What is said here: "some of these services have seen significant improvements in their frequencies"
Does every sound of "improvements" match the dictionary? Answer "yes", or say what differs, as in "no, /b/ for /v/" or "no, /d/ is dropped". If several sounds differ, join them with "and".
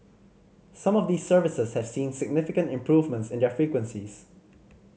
yes